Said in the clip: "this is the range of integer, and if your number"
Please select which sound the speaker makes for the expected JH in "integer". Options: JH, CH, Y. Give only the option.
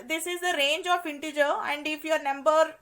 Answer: JH